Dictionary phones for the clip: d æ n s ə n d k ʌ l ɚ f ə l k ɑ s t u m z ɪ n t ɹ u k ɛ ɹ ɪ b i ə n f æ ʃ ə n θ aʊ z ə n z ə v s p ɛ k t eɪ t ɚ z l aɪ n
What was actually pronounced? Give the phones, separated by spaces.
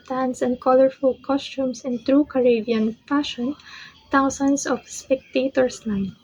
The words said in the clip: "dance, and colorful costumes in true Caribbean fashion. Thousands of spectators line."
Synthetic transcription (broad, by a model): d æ n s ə n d k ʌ l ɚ f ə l k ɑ s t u m s ɪ n t ɹ u k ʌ ɹ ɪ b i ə n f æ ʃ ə n t aʊ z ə n s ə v s p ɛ k t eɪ t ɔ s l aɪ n